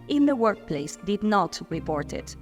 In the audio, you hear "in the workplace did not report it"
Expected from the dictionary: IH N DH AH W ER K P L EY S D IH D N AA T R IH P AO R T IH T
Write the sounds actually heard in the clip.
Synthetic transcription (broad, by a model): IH N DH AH W ER K P L EY S D IH D N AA T R IH P AO R T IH T